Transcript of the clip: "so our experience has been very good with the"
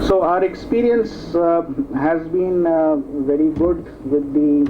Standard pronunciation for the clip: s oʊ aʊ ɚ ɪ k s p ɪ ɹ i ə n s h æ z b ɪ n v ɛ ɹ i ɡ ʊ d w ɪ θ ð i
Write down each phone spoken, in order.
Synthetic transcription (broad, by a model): s oʊ aʊ ɚ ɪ k s p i ɹ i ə n s h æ z b ɪ n v ɛ ɹ i ɡ ʊ d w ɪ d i